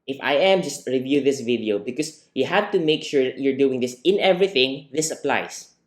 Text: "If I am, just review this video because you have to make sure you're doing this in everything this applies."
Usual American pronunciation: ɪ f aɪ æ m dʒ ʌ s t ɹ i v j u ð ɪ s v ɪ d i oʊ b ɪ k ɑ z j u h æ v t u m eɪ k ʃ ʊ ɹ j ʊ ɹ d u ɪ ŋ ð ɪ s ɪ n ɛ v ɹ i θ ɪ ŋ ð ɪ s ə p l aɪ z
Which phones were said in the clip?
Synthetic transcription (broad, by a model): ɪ f aɪ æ m dʒ ʌ s t ɹ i v j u ð ɪ s v ɪ d i oʊ b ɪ k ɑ s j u h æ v t u m eɪ k ʃ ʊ ɹ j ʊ ɹ d u ɪ ŋ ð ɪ s ɪ n ɛ v ɹ i θ ɪ ŋ ð ɪ s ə p l aɪ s